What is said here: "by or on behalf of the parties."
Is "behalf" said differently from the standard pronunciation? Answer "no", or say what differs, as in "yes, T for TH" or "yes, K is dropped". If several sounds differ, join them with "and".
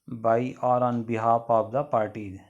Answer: yes, P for F